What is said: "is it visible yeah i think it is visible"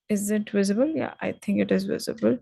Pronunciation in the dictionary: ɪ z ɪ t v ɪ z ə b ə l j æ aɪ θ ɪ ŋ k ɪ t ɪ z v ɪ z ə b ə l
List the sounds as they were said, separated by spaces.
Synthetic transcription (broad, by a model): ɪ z ɪ t v ɪ z ə b ə l j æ aɪ t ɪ ŋ k ɪ t ɪ z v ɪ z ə b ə l